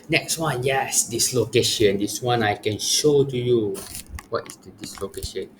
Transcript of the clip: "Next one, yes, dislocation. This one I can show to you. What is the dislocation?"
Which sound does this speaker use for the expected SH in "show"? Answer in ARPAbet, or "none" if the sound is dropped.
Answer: SH